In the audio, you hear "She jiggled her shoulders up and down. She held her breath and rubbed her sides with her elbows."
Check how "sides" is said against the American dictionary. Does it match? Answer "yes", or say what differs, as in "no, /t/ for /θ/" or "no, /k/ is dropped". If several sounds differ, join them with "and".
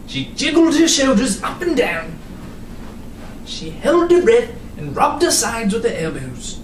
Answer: yes